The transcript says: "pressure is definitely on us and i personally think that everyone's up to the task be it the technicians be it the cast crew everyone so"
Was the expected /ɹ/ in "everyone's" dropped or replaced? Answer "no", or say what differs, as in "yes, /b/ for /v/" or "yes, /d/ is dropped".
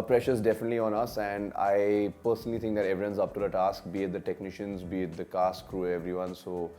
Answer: yes, /ɹ/ is dropped